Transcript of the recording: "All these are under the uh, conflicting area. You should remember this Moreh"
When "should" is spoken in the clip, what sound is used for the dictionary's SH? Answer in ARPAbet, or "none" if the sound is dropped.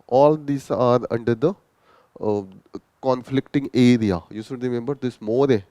S